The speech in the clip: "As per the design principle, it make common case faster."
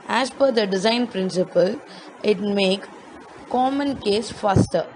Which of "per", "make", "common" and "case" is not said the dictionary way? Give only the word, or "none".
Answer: per